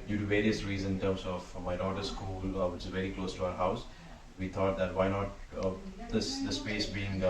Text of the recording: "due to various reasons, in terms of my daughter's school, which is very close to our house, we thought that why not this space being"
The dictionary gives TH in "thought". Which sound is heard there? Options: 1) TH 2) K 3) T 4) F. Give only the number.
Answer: 3